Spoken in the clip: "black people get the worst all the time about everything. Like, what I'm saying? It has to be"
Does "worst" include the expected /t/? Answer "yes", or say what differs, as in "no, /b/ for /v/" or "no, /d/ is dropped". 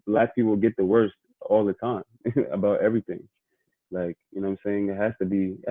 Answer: yes